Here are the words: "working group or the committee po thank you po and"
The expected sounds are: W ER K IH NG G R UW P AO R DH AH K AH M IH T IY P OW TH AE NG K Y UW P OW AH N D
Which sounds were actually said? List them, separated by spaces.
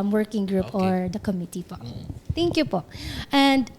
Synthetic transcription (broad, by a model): W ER K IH NG G R UW P AO R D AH K AH M IH T IY P OW T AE NG K Y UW P OW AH N D